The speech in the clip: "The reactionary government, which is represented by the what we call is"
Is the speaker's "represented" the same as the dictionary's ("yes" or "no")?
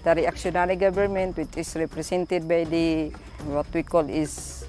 no